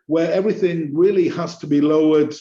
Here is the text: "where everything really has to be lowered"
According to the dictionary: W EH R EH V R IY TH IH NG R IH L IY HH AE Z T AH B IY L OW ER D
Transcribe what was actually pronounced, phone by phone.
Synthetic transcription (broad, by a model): W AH R EH V R IY TH IH NG R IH L IY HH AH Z T AH B IY L OW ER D